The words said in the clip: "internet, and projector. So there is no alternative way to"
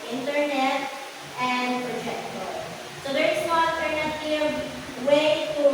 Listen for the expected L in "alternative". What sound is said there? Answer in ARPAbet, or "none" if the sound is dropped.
none